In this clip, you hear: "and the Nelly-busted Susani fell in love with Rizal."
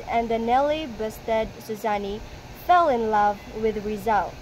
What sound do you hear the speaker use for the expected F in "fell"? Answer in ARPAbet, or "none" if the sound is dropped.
F